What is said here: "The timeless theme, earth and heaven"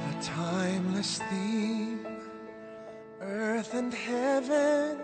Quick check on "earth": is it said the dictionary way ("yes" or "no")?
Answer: yes